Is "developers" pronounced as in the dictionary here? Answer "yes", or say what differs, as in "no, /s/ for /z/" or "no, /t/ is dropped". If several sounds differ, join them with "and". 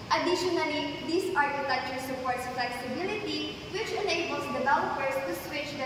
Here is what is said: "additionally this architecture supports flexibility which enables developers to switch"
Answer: no, /b/ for /v/ and /w/ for /l/ and /s/ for /z/